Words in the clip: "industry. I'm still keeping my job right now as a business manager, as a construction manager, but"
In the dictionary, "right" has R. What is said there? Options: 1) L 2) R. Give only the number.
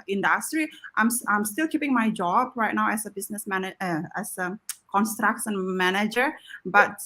2